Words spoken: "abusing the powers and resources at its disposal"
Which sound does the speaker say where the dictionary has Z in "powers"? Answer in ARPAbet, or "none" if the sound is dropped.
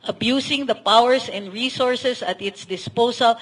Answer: S